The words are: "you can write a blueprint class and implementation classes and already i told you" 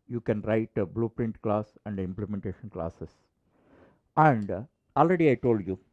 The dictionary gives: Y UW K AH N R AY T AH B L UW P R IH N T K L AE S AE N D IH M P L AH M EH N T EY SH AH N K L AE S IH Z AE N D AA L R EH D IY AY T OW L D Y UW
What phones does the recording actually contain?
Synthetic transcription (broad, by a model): Y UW K AH N R AY T AH B L UW P R IH N T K L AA S AE N D IH M P L AH M EH N T EY SH AH N K L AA S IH S AE N D AA L R EH D IY AY T OW L D Y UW